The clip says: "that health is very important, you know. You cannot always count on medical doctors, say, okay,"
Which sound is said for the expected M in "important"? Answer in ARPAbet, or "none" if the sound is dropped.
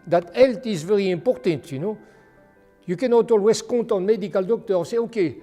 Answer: none